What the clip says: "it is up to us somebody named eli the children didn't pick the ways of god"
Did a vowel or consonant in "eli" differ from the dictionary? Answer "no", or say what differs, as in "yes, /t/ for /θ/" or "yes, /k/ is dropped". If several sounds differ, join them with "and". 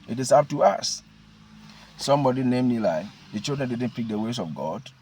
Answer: no